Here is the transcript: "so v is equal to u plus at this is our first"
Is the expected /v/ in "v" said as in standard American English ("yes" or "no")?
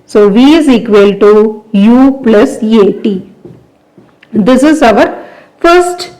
yes